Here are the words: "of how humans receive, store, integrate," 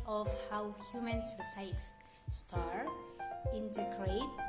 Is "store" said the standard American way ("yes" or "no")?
yes